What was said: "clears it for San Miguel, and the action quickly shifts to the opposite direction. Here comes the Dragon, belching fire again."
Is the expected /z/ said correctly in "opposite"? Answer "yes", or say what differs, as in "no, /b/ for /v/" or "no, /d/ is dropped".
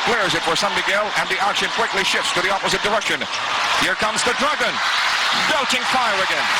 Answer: yes